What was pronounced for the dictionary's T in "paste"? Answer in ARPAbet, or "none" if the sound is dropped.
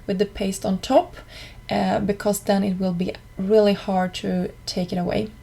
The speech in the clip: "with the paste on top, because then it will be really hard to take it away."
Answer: T